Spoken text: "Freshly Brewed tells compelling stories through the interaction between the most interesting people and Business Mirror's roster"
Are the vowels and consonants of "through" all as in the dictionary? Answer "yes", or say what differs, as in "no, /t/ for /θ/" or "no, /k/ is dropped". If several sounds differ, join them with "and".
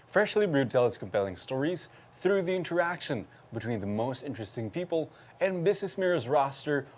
yes